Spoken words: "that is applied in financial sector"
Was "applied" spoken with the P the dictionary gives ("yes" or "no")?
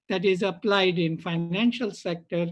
yes